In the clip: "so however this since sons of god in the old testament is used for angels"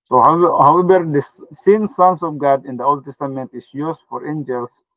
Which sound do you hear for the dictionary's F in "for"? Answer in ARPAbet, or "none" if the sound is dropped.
F